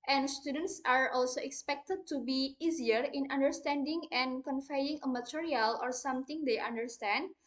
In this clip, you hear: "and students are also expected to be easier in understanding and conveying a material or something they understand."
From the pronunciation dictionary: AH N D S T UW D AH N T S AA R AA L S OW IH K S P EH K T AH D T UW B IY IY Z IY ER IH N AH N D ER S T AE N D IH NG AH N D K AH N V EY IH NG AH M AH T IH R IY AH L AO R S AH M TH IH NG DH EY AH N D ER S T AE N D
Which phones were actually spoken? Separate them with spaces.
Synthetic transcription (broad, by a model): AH N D S T UW D AH N T S AA R AA L S OW IH K S P EH K T AH D T UW B IY IY Z IY ER IH N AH N D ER S T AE N D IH NG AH N K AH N F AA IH NG AH M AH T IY R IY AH L AO R S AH M T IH NG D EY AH N D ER S T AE N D